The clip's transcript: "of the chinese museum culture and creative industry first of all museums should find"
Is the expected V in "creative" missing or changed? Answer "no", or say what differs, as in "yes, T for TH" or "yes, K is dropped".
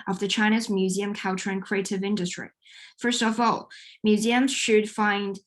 no